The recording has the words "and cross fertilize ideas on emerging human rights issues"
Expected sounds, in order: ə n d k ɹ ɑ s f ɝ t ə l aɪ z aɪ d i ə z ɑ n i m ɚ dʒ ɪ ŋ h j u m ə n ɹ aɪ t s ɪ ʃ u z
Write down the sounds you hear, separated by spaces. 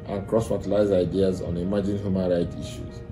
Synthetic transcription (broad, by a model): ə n k ɹ ɑ s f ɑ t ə l aɪ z aɪ d i ə z ɑ n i m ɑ dʒ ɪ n h j u m ə n ɹ aɪ t i ʃ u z